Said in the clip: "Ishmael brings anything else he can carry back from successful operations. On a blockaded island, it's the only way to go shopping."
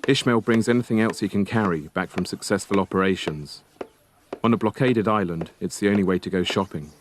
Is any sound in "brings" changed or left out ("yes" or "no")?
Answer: no